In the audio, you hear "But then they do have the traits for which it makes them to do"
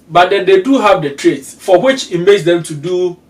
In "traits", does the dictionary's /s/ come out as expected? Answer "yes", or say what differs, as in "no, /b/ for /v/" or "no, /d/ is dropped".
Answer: yes